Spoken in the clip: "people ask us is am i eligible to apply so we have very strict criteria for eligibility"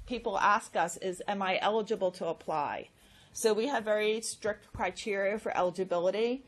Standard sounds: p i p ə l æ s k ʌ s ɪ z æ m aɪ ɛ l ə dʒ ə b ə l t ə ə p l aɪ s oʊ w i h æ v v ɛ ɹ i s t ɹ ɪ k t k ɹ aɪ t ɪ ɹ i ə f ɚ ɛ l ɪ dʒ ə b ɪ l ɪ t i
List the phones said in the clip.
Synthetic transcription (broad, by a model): p i p l æ s k ʌ s ɪ z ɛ m aɪ ɛ l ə dʒ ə b l t ə ə p l aɪ s oʊ w i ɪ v v ɛ ɹ i s t ɹ ɪ k t k ɹ aɪ t ɪ ɹ i ə f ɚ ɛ l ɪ dʒ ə b ɪ l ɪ t i